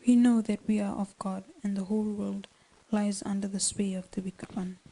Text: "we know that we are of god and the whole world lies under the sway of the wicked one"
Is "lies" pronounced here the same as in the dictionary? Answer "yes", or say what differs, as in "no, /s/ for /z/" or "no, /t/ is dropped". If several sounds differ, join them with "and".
yes